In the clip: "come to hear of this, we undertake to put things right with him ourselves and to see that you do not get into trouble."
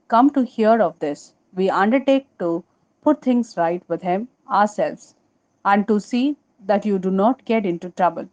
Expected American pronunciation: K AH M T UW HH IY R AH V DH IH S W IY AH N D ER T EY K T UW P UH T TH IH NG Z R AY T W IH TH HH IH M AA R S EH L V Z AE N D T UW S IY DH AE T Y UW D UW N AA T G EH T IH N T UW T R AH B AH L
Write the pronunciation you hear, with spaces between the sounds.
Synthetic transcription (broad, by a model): K AH M T UW HH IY R AH V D IH S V IY AH N D ER T EY K T UW P UH T T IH NG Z R AY T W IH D HH IH M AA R S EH L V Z AE N D T UW S IY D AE T Y UW D UW N AA T G EH T IH N T UW T R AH B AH L